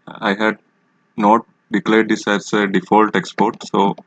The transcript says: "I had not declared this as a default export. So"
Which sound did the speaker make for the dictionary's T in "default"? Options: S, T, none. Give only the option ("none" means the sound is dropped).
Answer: T